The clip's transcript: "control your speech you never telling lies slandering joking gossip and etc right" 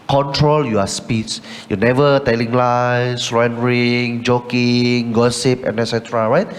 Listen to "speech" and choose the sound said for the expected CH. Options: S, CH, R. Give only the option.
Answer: S